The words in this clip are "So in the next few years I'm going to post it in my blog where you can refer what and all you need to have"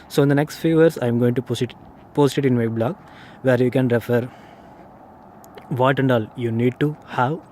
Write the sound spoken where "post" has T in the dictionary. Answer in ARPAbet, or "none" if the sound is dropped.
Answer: T